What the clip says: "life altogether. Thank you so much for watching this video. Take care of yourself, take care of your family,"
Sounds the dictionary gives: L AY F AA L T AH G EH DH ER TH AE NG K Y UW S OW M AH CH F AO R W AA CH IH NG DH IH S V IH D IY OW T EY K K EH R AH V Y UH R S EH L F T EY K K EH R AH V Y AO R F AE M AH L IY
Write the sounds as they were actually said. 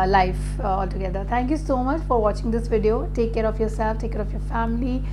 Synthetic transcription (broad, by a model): L AY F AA L T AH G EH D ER T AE NG K Y UW S OW M AH CH F AO R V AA CH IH NG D IH S V IH D IY OW T EY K K EH R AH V Y UH R S EH L F T EY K K EH R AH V Y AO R F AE M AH L IY